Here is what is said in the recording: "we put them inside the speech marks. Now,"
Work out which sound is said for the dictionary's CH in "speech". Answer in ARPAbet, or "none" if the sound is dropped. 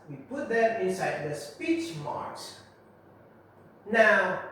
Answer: CH